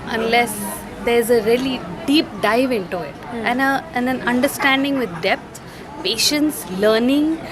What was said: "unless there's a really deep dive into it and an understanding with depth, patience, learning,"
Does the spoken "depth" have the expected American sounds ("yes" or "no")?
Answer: no